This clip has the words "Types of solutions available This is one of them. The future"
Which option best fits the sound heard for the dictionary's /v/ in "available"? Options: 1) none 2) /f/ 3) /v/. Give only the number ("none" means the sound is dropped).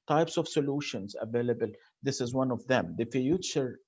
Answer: 3